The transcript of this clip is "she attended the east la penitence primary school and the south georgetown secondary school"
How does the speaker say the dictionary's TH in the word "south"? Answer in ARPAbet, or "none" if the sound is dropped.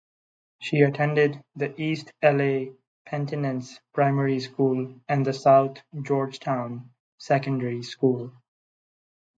T